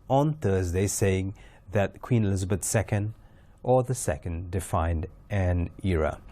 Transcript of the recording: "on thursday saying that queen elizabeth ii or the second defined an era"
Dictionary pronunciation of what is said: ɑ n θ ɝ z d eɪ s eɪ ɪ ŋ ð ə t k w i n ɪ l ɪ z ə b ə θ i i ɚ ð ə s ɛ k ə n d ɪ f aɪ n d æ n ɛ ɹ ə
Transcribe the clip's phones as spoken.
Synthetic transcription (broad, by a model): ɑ n θ ɝ z d eɪ s eɪ ɪ ŋ ð ə t k w i n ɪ l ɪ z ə b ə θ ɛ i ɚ ð ə s ɛ k ə n d ɪ f aɪ n d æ n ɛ ɹ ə